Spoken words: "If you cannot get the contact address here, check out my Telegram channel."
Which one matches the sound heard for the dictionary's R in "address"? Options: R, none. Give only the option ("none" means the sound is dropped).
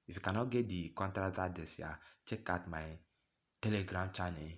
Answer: none